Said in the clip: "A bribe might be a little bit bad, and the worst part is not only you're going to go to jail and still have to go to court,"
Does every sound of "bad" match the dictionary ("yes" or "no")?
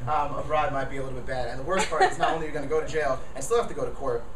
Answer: yes